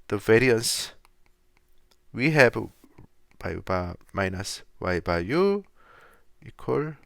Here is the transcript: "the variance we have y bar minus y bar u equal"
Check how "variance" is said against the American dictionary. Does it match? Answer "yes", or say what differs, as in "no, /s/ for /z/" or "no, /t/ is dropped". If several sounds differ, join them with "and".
yes